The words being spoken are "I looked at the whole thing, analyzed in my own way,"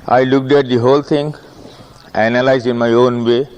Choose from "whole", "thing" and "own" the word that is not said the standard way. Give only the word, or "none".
thing